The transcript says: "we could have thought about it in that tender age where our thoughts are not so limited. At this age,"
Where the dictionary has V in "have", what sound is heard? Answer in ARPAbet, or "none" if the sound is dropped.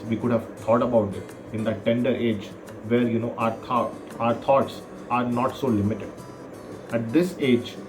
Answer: V